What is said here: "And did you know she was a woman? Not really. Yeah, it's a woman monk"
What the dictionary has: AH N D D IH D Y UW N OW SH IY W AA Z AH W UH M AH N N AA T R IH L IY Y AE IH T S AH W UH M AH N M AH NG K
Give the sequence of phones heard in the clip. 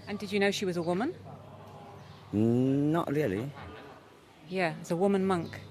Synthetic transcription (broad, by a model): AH N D D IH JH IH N OW SH IY W AA Z AH W UH M AH N N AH T R IH L IY Y AE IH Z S AH W UH M AH N M AH NG K